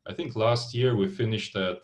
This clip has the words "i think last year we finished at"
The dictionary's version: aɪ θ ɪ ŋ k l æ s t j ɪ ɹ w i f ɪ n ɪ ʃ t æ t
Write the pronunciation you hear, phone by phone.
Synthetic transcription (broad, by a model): aɪ θ ɪ ŋ k l æ s t j ɪ ɹ w i f ɪ n ɪ ʃ t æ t